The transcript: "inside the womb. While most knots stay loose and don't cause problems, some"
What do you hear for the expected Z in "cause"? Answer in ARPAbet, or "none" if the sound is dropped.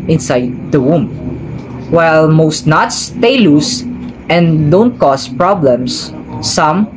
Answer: S